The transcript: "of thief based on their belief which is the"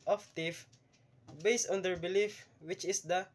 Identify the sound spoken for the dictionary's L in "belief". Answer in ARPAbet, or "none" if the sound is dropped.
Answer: L